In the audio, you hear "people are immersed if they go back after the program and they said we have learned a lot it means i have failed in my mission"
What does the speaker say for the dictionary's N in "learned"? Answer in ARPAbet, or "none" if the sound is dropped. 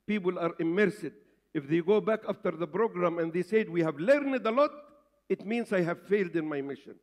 N